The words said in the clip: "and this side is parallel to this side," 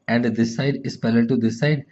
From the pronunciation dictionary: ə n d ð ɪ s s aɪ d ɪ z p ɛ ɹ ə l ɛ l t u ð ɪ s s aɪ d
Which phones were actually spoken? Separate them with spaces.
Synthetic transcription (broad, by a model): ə n d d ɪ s s aɪ d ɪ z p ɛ l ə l t u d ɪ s s aɪ d